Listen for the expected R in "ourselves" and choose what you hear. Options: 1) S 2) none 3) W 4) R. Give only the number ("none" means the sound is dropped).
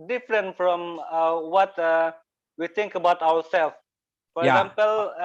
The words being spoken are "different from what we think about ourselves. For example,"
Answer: 3